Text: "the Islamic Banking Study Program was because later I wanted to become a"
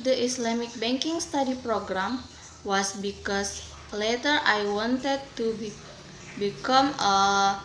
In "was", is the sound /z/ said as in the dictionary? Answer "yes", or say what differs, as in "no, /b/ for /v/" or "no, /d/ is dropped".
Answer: no, /s/ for /z/